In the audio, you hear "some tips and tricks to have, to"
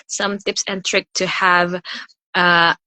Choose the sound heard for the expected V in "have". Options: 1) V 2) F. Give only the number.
1